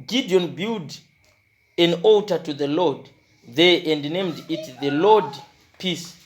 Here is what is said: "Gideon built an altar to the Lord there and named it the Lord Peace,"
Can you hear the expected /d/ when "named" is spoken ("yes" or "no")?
yes